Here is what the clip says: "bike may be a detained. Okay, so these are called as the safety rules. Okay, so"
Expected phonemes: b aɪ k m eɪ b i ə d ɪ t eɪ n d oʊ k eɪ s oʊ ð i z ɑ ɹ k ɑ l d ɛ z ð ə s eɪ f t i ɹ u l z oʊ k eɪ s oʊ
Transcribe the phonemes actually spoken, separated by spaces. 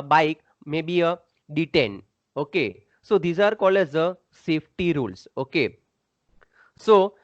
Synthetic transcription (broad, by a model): b aɪ k m eɪ b i ə d ɪ t eɪ n d oʊ k eɪ s oʊ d i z ɑ ɹ k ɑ l ɛ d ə s eɪ f t i ɹ u l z oʊ k eɪ s oʊ